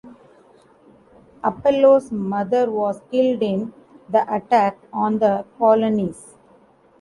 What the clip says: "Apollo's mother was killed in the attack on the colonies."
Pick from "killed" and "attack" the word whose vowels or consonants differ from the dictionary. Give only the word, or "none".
none